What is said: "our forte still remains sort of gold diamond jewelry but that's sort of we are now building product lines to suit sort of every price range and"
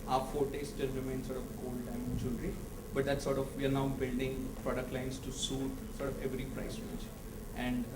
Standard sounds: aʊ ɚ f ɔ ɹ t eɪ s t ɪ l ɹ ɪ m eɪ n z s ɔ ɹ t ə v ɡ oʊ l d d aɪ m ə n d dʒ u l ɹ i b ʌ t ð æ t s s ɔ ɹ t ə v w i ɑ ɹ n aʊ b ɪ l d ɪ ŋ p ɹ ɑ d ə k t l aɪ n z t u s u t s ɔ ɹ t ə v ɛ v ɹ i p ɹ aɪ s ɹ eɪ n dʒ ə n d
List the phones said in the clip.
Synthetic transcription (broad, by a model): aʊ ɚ f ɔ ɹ t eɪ s t ɪ l ɹ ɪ m eɪ n s ɔ ɹ t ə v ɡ oʊ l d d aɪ ə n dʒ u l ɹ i b ʌ t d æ t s s ɔ ɹ t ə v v i ɑ ɹ n aʊ b ɪ l d ɪ ŋ p ɹ ɑ d ə k t l aɪ n s t u s u t s ɔ ɹ t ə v ɛ v ɹ i p ɹ aɪ s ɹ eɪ dʒ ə n d